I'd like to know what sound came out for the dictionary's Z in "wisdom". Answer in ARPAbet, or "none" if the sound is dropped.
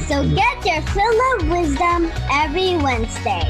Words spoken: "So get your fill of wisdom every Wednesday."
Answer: Z